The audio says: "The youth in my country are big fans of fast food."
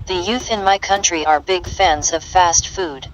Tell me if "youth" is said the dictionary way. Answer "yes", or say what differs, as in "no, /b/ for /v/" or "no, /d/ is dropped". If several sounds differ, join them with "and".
yes